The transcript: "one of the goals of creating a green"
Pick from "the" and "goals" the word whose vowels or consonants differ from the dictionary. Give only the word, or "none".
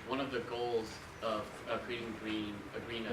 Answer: none